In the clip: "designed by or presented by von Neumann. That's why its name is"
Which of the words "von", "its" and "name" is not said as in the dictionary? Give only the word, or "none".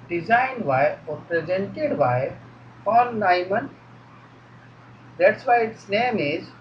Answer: von